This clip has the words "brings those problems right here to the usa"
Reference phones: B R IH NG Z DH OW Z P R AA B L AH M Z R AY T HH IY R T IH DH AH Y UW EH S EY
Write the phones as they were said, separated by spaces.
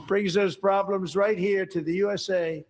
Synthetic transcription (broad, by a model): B R IH NG Z DH OW Z P R AA B L AH M Z R AY T HH IY R T IH DH AH Y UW EH S EY